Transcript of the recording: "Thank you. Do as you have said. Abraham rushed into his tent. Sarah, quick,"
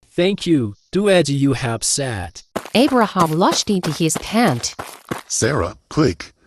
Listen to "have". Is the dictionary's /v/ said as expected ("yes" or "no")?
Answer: no